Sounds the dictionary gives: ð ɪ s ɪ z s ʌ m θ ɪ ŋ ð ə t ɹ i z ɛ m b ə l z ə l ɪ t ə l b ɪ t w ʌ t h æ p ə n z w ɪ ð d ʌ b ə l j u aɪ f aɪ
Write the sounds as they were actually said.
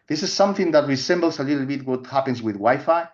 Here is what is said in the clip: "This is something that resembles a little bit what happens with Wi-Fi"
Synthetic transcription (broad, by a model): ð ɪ s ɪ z s ʌ m θ ɪ ŋ ð ə t ɹ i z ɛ m b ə l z ə l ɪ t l b ɪ t w ʌ t h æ p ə n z w ɪ ð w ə j f aɪ